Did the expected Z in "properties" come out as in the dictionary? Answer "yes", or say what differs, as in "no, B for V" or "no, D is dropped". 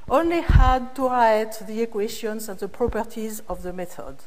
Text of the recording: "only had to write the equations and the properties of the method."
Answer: yes